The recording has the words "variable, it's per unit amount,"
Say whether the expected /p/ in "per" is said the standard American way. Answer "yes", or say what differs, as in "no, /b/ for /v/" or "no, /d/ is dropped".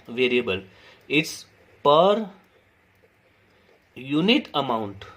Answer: yes